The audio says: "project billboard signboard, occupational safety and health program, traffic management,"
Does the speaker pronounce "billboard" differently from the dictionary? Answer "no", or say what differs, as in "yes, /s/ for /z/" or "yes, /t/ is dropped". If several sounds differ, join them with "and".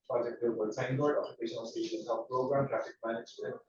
yes, /l/ is dropped